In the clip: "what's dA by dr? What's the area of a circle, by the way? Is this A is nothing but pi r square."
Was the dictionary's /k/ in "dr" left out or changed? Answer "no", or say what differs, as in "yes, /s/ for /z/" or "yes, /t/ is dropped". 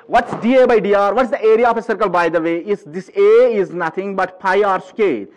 yes, /k/ is dropped